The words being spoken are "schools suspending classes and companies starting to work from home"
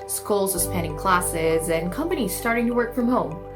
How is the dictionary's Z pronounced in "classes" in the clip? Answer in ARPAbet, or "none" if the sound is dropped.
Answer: Z